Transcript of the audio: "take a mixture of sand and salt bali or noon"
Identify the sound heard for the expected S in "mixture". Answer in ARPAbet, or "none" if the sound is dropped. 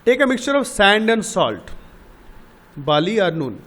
S